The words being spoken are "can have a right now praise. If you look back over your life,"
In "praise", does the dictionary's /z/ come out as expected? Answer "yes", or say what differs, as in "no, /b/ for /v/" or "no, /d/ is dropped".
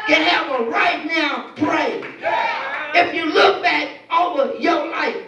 no, /z/ is dropped